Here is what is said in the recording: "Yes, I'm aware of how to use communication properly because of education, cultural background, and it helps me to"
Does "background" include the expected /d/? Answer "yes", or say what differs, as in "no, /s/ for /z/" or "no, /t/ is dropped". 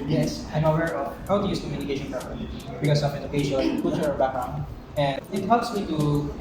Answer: no, /d/ is dropped